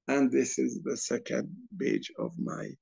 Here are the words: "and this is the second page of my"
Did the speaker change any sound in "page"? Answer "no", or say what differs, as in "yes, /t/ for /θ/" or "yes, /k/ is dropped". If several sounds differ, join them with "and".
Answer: yes, /b/ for /p/